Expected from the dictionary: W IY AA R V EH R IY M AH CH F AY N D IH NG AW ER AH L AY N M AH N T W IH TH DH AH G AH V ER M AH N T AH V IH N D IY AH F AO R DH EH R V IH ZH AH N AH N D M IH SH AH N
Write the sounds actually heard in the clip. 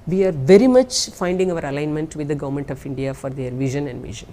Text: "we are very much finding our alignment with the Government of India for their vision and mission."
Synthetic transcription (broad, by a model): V IY AA R V EH R IY M AH CH F AY N D IH NG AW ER AH L AY N M AH N T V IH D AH G AH V ER M AH N T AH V IH N D IY AH F AO R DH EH R V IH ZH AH N AH N D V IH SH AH N